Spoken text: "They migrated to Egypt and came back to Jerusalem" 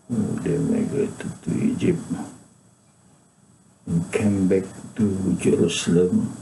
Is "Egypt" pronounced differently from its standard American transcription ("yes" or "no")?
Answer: yes